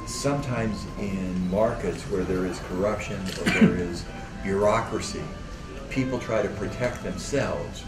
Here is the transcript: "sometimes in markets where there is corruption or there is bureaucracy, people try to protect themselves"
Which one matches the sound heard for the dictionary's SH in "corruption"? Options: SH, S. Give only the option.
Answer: SH